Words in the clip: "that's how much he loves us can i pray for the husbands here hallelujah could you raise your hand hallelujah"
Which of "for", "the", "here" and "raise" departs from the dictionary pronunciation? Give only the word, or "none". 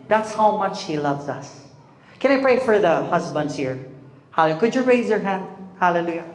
none